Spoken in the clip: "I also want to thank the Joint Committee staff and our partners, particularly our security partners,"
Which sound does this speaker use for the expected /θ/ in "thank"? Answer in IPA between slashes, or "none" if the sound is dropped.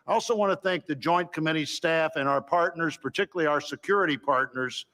/θ/